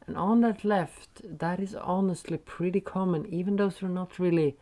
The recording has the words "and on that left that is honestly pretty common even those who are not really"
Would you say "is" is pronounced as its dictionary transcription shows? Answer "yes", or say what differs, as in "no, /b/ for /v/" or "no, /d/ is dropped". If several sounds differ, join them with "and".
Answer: yes